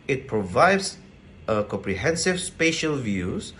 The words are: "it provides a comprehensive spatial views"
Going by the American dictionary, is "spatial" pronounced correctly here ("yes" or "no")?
yes